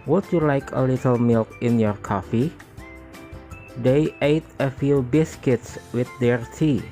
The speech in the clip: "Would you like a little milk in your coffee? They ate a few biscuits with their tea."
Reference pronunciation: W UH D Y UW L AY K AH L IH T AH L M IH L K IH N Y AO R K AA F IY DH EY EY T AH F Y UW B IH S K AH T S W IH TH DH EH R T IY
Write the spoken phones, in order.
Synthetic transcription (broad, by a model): W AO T Y UW L AY K AH L IH T AH L M IH L K IH N Y AO R K AA F IY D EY EY T AH F Y UW B IH S K AH T S W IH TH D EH R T IY